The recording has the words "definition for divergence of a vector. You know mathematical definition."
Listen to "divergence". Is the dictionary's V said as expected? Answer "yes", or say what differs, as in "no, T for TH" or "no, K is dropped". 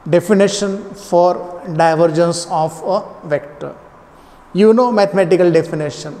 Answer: yes